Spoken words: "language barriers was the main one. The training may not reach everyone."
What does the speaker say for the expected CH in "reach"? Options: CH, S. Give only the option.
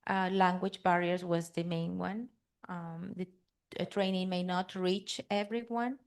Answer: CH